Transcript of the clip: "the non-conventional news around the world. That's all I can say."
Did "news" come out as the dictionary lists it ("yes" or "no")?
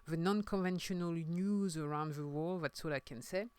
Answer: yes